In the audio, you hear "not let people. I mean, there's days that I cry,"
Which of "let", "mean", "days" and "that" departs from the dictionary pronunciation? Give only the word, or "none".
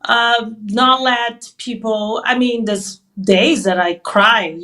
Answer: none